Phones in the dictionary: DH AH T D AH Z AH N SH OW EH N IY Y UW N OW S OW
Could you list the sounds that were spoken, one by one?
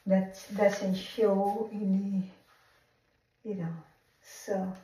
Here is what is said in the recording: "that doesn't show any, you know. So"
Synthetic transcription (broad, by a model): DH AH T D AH S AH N SH OW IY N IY Y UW N OW S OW